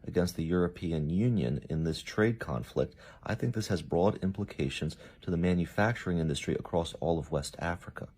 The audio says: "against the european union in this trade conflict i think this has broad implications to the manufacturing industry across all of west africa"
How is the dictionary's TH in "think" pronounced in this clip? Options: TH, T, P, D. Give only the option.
TH